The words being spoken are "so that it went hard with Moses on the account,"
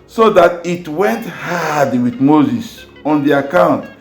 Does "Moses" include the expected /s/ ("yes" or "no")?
yes